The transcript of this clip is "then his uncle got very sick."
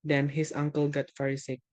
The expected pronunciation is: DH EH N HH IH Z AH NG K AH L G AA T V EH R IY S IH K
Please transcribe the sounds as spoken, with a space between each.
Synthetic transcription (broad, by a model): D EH N HH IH S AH NG K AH L G AA T F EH R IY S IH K